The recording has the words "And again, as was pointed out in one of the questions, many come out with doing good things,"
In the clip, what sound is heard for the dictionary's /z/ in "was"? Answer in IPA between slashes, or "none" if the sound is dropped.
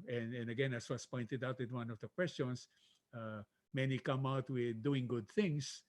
/s/